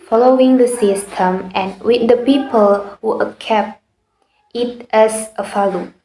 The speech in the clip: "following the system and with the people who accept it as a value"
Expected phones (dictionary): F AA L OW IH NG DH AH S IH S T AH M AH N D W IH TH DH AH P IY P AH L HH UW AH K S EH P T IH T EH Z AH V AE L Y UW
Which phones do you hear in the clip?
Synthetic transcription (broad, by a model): F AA L OW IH NG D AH S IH S T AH M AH N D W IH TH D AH P IY P AH L HH UW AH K EH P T IH T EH S AH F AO L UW